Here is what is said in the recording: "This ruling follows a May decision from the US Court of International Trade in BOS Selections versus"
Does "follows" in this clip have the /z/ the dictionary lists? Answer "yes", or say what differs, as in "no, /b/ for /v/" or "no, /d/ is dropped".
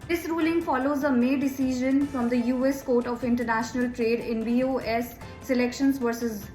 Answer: yes